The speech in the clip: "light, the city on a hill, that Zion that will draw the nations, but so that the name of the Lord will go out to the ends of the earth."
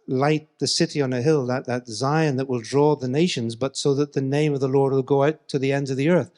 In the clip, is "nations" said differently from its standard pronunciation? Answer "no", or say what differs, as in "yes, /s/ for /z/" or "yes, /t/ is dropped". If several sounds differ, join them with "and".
no